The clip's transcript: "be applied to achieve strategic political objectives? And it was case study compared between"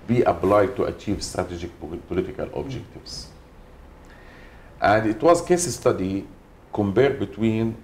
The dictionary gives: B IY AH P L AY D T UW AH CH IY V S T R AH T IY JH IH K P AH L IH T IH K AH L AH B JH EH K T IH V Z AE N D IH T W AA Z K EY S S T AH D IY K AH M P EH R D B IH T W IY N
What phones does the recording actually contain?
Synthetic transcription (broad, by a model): B IY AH B L AY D T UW AH CH IY V S T R AH T IY JH IH K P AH L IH T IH K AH L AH B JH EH K T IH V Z AE N D IH T W AA Z K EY S S T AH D IY K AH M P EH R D B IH T W IY N